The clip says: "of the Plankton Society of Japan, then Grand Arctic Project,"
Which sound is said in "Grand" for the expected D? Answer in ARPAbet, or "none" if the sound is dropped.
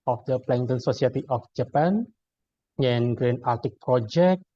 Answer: none